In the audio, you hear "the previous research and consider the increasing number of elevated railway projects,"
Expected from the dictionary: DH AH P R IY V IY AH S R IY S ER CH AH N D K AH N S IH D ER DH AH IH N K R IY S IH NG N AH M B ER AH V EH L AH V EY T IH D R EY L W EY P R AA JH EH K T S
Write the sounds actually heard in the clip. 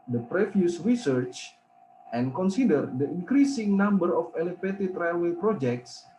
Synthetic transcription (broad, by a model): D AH P R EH F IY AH S R IY S ER CH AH N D K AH N S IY D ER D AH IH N K R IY S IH NG N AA M B ER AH F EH L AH F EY T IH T R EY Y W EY P R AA JH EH K T S